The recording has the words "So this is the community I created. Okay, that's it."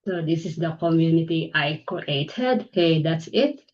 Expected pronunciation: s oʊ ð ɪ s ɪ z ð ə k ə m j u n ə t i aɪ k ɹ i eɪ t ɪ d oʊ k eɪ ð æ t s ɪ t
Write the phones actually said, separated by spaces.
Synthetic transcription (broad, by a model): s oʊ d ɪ s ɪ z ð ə k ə m j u n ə t i aɪ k i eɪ t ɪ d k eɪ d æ t s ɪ t